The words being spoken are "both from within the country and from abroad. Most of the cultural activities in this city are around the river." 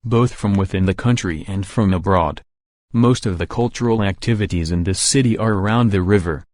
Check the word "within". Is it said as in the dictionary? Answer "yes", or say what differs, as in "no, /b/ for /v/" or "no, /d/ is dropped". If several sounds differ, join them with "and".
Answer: yes